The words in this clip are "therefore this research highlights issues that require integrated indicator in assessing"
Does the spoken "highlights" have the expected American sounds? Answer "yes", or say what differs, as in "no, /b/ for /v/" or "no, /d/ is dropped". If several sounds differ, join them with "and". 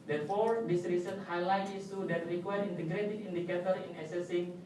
no, /s/ is dropped